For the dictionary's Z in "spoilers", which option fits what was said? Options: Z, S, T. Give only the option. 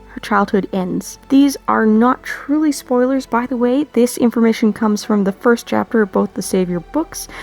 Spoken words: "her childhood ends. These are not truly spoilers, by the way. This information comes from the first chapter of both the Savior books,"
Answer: Z